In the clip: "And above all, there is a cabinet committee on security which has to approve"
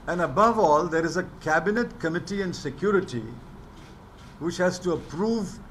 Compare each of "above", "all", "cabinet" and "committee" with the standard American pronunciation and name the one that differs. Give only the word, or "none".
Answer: none